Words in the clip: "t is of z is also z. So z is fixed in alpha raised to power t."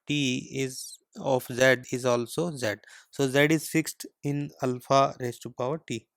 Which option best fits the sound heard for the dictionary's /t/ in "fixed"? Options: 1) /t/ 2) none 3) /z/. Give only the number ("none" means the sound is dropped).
1